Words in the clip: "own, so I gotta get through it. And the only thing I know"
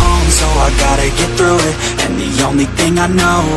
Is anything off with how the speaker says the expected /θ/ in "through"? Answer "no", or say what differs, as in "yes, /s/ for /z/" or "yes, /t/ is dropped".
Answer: no